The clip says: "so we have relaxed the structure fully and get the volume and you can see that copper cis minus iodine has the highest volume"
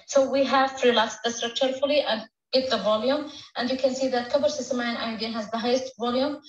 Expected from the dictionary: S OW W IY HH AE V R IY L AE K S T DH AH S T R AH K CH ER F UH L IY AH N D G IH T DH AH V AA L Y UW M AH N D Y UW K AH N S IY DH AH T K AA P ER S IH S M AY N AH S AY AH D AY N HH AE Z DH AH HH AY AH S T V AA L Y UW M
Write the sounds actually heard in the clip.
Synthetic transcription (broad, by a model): S OW W IY HH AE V R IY L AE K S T DH AH S T R AH K CH ER F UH L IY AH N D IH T DH AH V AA L Y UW M AH N D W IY K AH N S IY DH AH T K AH B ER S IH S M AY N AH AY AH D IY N HH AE Z DH AH HH AY AH S T V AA L Y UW M